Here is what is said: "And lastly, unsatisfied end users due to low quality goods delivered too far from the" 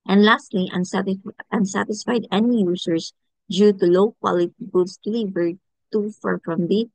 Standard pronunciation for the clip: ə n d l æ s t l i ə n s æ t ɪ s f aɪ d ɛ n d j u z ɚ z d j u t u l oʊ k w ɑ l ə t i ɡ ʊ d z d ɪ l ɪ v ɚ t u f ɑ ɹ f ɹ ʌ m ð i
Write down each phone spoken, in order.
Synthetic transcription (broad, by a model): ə n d l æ s t l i ə n s æ t ɪ s f aɪ d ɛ n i j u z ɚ s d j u t u l oʊ k w ɑ l ə t i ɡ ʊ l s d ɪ l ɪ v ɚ t u f ɑ ɹ f ɹ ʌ m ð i